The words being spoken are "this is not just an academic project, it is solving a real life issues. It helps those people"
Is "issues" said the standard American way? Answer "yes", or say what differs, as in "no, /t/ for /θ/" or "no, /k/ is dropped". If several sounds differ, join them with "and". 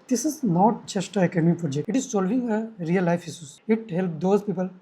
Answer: no, /s/ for /ʃ/